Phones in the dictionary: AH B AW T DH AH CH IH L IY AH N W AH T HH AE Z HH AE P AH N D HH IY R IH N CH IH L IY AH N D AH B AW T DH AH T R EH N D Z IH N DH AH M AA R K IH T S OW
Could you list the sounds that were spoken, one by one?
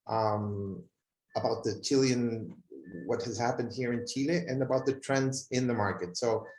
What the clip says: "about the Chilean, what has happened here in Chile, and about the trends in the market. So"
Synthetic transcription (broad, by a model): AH B AW T DH AH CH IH L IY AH N W AH T HH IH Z HH AE P AH N D HH IY R IH N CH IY L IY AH N AH B AW T DH AH T R EH N D Z IH N DH AH M AA R K IH T S OW